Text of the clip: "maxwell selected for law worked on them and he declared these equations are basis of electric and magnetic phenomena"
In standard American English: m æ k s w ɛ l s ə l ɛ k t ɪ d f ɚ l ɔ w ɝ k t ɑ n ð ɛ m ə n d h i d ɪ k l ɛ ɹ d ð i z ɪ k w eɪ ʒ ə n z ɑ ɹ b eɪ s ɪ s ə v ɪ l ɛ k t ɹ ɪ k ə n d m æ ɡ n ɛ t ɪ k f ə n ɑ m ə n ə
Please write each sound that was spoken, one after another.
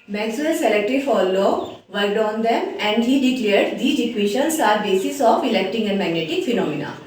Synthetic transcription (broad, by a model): m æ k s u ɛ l s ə l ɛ k t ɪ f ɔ l ɔ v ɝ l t ɑ n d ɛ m ə n d h i d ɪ k l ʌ ɹ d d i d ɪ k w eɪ ʃ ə n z ɑ ɹ b eɪ s ɪ s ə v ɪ l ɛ k t ɪ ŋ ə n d m æ ɡ n ɛ t ɪ k f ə n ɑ m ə n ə